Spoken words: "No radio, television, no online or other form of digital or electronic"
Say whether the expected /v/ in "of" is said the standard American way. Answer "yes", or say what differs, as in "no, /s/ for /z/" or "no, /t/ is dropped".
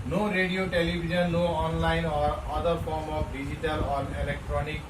no, /p/ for /v/